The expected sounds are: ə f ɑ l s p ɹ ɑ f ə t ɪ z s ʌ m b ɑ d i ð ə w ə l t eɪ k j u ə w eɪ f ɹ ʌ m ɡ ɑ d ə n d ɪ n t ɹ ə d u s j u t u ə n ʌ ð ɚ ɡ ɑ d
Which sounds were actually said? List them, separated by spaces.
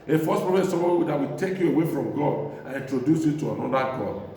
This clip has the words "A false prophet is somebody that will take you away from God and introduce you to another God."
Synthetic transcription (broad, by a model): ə f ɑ s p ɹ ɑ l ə ɪ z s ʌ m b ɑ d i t w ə t eɪ k j u ə w eɪ f ɹ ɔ m ɡ ɑ d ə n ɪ n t ɹ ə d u s j u t u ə n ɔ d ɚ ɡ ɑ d